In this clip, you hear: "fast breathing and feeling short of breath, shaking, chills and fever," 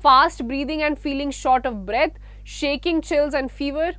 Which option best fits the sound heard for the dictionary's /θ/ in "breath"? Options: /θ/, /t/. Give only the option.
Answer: /t/